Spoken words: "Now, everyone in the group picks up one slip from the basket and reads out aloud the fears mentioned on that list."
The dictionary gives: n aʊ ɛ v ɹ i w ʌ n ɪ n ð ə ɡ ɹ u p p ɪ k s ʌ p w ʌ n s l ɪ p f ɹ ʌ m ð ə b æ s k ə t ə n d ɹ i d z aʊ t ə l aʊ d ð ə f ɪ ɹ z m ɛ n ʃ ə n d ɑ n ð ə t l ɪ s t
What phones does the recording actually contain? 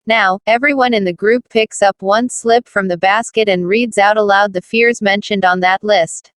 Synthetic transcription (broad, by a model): n aʊ ɛ v ɹ i w ʌ n ɪ n ð ə ɡ ɹ u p p ɪ k s ʌ p w ʌ n s l ɪ p f ɹ ʌ m ð ə b æ s k ə t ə n ɹ i d z aʊ t ə l aʊ d ð ə f ɪ ɹ z m ɛ n ʃ ə n d n ð ə t l ɪ s t